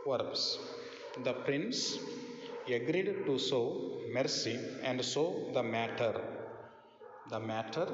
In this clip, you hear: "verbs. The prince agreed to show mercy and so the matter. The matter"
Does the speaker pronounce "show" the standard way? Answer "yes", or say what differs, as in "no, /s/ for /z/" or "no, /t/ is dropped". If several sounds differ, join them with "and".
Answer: no, /s/ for /ʃ/